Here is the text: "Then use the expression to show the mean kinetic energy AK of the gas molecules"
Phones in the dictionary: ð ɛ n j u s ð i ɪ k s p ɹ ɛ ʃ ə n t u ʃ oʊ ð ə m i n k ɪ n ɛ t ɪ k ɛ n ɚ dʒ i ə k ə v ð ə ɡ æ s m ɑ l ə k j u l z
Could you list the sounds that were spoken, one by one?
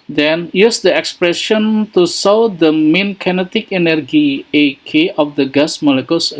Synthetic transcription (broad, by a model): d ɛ n j u s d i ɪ k s p ɹ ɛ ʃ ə n t u s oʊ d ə m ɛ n k ɪ n ɛ t ɪ k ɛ n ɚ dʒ i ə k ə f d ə ɡ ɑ s m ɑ l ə k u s